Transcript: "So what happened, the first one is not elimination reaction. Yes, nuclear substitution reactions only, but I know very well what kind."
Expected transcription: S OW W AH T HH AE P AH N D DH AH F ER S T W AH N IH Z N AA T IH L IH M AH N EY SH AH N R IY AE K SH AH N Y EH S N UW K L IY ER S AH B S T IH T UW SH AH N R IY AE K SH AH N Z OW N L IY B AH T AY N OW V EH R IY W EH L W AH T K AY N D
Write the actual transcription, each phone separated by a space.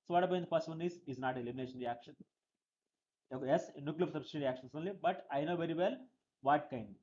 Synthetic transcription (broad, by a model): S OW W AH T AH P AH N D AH P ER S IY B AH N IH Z N AA T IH L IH M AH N EY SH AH N R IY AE K SH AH N Y EH S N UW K L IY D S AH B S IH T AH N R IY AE K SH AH N S OW N L IY B AH T AY N OW V EH R IY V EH L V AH T K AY N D